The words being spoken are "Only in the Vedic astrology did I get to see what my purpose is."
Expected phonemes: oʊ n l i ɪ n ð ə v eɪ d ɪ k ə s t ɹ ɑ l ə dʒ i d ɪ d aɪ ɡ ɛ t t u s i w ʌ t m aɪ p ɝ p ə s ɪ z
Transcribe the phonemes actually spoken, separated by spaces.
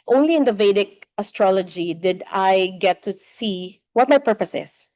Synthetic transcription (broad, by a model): oʊ n l i ɪ n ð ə v eɪ d ɪ k ə s t ɹ ɑ l ə dʒ i d ɪ d aɪ ɡ ɛ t t u s i w ʌ t m aɪ p ɝ p ə s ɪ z